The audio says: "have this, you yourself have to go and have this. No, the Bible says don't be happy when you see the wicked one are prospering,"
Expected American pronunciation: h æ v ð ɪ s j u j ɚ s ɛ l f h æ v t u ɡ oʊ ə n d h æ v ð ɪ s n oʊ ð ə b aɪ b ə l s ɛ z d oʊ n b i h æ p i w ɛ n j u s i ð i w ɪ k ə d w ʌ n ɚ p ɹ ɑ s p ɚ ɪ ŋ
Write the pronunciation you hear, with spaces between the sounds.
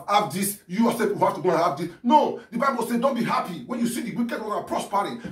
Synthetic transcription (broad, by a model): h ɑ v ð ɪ s j u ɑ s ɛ f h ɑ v t u ɡ oʊ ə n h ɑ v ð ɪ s n oʊ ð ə b aɪ b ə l s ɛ d oʊ n b i h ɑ p i w ɛ n j u s i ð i w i k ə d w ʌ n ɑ p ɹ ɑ s p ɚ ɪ